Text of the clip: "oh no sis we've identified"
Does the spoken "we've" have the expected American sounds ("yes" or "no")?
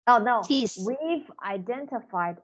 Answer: yes